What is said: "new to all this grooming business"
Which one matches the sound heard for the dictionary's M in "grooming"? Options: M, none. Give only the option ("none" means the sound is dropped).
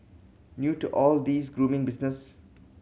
M